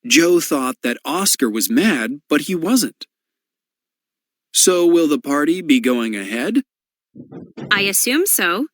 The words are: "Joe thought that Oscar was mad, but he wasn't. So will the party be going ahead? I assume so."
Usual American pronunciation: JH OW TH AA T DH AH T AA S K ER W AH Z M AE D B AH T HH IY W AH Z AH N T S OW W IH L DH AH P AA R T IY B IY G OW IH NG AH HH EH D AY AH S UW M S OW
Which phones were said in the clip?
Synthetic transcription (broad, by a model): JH OW TH AA T DH AH T AA S K ER W AH Z M AE D B AH T HH IY W AH Z AH N T S OW W IH L DH AH P AA R T IY B IY G OW IH NG AH HH EH D AY AH S UW M S OW